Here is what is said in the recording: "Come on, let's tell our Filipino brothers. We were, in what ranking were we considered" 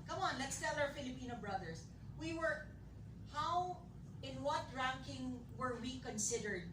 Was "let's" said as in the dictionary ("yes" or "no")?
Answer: yes